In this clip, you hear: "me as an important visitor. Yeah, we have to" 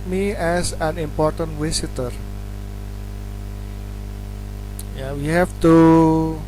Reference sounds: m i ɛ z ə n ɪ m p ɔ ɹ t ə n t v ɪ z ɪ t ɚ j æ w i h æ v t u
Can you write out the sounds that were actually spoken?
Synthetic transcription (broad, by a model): m i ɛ s ə n ɪ m p ɔ ɹ t ə n t w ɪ s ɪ t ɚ j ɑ w i h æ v t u